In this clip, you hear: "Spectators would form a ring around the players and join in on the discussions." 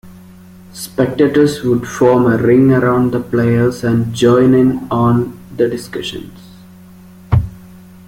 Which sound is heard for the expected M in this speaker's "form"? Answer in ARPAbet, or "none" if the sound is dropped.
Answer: M